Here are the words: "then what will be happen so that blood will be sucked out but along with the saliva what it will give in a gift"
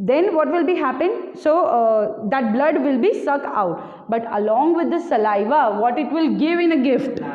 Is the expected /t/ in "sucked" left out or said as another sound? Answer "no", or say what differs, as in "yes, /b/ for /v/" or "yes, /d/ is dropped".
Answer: yes, /t/ is dropped